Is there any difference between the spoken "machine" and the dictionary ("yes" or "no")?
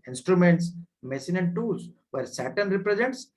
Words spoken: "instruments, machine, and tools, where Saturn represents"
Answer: yes